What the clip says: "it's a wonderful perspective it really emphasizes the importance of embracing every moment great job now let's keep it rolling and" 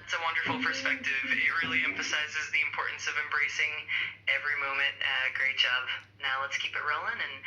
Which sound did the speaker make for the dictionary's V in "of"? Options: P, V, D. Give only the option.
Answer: V